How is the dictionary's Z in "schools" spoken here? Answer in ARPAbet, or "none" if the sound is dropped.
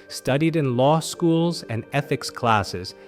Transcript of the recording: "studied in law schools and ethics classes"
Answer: Z